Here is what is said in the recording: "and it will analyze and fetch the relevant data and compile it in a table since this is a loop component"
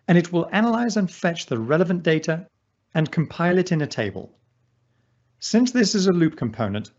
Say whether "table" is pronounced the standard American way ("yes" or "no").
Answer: yes